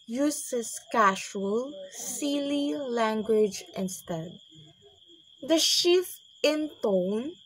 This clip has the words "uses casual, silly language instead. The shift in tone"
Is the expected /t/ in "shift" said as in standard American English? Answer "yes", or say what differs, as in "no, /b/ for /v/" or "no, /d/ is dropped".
no, /t/ is dropped